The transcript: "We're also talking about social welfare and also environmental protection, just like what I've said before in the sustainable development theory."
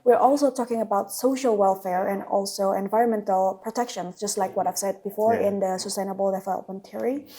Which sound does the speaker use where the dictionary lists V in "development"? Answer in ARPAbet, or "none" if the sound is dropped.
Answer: F